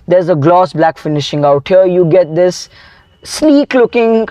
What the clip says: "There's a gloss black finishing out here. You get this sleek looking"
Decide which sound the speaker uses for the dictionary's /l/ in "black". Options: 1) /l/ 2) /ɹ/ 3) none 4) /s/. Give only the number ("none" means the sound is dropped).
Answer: 1